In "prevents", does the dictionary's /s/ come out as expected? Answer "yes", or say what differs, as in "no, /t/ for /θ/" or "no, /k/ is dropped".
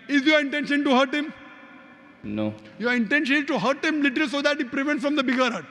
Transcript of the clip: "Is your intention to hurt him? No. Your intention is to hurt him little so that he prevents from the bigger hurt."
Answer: no, /s/ is dropped